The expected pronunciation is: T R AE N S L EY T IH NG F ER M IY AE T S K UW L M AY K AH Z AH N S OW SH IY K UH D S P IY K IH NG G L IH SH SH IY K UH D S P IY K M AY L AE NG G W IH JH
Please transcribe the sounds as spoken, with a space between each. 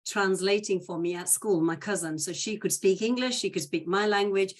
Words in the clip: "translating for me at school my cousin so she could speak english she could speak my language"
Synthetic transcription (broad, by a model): T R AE N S L EY T IH NG F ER M IY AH T S K UW L M AY K AH Z AH N S OW SH IY K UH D S P IY K IH NG G L IH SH SH IY K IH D S P IY K M AY L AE NG G W IH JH